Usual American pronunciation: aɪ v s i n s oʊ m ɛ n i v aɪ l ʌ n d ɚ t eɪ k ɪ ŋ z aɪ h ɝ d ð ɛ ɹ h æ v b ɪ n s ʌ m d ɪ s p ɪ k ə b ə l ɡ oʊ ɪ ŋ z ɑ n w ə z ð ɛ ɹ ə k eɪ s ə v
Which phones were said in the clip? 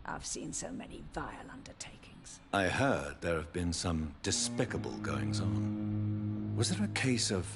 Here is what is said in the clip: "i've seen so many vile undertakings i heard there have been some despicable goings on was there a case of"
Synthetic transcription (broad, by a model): aɪ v s i n s oʊ m ɛ n i v aɪ l ʌ n d ɚ t eɪ k ɪ ŋ z aɪ h ɝ d ð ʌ ɹ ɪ v b ɪ n s ʌ m d ɪ s p ɪ k ə b ə l ɡ oʊ ɪ ŋ z n w ə z ð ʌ ɹ ə k eɪ s ə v